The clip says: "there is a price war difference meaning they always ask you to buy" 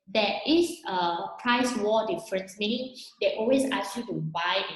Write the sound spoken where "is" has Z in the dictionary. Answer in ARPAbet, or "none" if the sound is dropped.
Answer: S